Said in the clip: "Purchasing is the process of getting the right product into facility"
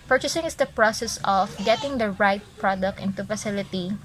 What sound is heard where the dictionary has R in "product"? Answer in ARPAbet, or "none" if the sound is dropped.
R